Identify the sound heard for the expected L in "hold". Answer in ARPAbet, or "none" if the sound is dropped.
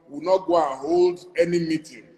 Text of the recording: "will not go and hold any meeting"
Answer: L